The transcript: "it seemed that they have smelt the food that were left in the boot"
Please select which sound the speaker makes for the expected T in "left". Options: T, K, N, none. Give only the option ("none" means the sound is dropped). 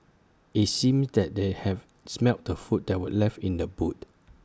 none